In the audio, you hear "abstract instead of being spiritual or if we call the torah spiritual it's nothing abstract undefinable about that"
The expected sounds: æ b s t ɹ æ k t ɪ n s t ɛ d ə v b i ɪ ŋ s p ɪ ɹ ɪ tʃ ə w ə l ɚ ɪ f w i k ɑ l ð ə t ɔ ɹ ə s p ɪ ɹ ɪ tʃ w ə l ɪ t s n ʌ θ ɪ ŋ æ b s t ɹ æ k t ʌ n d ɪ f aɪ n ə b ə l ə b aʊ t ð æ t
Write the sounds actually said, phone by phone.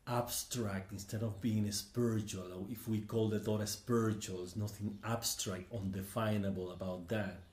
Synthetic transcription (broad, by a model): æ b s t ɹ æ k t ɪ n s t ɛ d ə v b i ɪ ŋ s p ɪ ɹ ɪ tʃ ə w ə l ɪ f w i k ɑ l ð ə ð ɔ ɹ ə s p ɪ ɹ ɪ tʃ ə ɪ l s n ʌ θ ɪ ŋ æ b s t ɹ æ k t ʌ n d ɪ f aɪ n ə b ə l ə b aʊ t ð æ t